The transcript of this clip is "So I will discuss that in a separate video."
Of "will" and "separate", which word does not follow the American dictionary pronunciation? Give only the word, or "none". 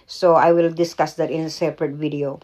none